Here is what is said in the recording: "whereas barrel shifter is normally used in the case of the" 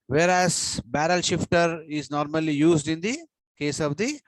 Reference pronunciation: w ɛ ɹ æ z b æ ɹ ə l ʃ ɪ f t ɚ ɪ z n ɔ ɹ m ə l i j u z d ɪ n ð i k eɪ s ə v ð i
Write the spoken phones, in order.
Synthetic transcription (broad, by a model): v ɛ ɹ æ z b æ ɹ ə l ʃ ɪ f t ɚ ɪ z n ɔ ɹ m ə l i j u z d ɪ n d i k eɪ s ə v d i